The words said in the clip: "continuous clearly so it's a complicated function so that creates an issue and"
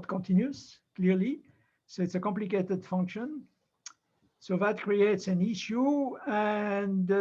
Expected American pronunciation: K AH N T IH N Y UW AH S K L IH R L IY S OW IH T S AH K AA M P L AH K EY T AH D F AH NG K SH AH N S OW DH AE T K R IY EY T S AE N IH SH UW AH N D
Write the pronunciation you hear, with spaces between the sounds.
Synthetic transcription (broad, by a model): K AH N T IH N Y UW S K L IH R L IY S OW IH T S AH K AA M P L AH K EY T AH D F AH NG K SH AH N S OW DH AE T K R IY EY T S AE N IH SH UW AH N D